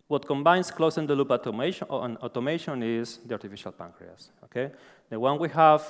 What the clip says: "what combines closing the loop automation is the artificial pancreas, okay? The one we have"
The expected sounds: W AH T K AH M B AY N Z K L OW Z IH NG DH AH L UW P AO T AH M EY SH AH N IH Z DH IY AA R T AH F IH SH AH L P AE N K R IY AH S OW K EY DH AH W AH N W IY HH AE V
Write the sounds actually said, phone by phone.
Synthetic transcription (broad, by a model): W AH T K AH M B AY N S K L OW S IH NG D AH L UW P AO T AH M EY SH AH N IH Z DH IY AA R T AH F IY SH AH L P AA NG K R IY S OW K EY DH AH W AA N W IY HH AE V